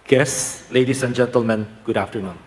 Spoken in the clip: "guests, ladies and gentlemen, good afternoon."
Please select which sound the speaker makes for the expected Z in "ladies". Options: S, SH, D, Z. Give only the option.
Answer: S